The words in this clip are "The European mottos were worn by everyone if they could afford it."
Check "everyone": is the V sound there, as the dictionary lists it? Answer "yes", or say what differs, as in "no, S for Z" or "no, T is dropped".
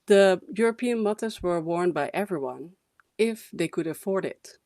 yes